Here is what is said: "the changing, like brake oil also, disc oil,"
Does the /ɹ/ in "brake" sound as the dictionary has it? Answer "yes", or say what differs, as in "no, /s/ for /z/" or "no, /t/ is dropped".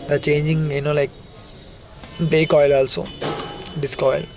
no, /l/ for /ɹ/